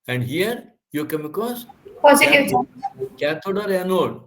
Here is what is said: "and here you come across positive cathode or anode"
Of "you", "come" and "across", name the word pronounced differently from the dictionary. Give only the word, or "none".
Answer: across